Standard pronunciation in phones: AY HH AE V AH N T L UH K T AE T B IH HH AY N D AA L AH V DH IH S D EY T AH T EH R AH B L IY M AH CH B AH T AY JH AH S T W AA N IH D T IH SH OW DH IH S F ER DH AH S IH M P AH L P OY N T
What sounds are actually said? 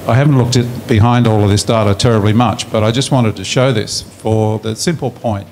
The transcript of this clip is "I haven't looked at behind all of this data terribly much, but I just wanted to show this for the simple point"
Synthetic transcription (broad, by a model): AY HH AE V N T L UH K T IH T B IH HH AY N D AA L AH V DH IH S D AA T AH T EH R AH B L IY M AH CH B AH T AY JH AH S T W AA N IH D T IH SH OW DH IH S F ER DH AH S IH M P L P OY N T